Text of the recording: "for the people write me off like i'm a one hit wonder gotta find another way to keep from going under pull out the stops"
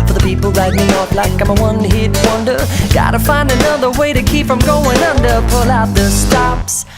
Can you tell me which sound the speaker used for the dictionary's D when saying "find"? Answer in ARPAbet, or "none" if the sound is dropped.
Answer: D